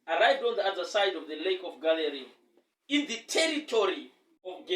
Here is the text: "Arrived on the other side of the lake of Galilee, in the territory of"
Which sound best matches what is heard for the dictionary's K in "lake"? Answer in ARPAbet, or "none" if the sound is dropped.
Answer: K